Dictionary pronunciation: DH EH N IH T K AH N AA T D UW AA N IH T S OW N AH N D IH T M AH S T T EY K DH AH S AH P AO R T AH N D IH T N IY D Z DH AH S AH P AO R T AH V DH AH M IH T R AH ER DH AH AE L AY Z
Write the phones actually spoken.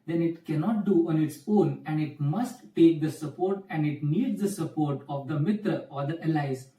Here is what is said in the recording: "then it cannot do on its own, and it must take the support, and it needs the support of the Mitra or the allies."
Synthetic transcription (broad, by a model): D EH N IH T K AH N AA T D UW AA N IH T S OW N AH N D IH T M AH S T T EY K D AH S AH P AO R T AH N D IH T N IY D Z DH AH S AH P AO R T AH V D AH M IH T AH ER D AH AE L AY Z